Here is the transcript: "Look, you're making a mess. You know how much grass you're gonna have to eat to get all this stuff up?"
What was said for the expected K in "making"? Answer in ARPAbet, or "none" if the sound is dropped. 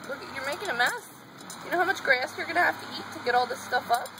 K